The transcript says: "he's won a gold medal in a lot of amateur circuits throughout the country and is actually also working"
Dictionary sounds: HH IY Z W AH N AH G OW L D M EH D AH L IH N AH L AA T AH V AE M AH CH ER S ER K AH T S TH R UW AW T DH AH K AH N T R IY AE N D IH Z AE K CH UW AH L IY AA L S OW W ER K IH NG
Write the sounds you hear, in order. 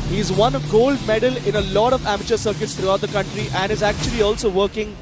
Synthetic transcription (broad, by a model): HH IY Z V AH N G OW L D M EH D AH L IH N AH L AA T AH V AE M AH CH ER S ER K AH T S T R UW AW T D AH K AH N T R IY AE N D IH Z AE K CH UW AH L IY AA L S OW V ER K IH NG